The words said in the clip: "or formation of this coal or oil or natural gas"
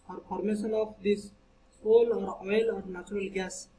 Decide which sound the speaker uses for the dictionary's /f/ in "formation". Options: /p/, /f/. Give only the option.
/p/